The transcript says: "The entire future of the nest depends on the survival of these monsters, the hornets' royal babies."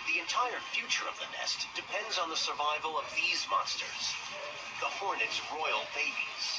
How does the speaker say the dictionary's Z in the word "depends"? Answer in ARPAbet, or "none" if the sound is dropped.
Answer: Z